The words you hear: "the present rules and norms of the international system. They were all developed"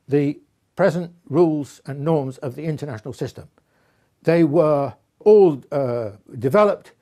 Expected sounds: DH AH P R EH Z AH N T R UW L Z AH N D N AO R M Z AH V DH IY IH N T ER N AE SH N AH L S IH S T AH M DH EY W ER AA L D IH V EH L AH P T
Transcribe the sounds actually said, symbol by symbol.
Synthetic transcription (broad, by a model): DH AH P R EH Z AH N T R UW L Z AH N N AO R M Z AH V DH IY IH N T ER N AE SH N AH L S IH S T AH M DH EY W ER AA L D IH V EH L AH P T